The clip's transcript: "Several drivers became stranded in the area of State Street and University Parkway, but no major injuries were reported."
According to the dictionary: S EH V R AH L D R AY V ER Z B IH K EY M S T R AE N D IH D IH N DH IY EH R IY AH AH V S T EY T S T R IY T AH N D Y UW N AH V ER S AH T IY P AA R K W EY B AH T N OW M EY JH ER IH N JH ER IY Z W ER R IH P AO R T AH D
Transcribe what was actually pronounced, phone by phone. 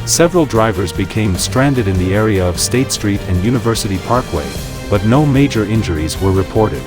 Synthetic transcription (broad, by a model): S EH V R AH L D R AY V ER Z B IH K EY M S T R AE N D IH D IH N DH IY EH R IY AH AH V S T EY T S T R IY T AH N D Y UW N AH V ER S AH T IY P AA R K W EY B AH T N OW M EY JH ER IH N JH ER IY Z W ER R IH P AO R T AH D